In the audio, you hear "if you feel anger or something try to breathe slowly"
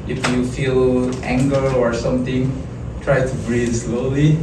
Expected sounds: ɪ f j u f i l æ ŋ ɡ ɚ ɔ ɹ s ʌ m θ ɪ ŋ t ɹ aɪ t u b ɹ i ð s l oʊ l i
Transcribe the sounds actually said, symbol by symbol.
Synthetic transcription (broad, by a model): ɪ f j u f i l æ ŋ ɡ ɚ ɔ ɹ s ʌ m t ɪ ŋ t ɹ aɪ t u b ɹ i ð s l oʊ l i